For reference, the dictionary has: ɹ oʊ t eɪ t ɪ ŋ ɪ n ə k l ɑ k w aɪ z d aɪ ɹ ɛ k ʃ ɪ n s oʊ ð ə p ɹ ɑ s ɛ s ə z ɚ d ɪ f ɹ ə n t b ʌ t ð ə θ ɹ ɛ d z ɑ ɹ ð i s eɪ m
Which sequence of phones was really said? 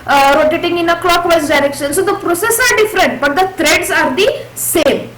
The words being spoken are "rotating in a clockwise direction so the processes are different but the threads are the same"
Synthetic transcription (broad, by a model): ɹ oʊ t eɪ t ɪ ŋ ɪ n ə k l ɑ k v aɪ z d aɪ ɹ ɛ k ʃ ɪ n s oʊ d ə p ɹ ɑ s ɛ s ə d d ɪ f ɹ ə n t b ʌ t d ə t ɹ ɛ d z ɑ ɹ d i s eɪ m